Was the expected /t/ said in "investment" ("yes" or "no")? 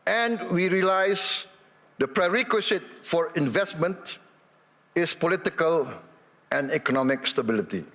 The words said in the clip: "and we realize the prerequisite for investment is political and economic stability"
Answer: yes